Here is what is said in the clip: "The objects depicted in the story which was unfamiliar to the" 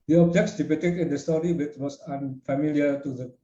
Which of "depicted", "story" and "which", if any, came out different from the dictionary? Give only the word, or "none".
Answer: depicted